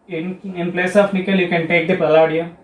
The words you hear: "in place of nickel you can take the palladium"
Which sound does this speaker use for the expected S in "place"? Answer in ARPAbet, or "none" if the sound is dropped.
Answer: S